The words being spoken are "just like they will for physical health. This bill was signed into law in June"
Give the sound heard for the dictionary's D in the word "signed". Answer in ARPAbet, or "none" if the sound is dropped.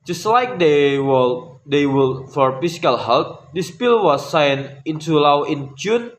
none